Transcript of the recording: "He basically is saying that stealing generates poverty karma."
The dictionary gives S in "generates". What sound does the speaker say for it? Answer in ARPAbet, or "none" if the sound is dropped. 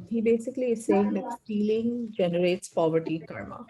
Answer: S